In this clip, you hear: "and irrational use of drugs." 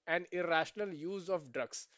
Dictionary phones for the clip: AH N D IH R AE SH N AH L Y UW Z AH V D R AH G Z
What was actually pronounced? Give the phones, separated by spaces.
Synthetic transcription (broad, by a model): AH N D IH R AE SH N AH L Y UW Z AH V D R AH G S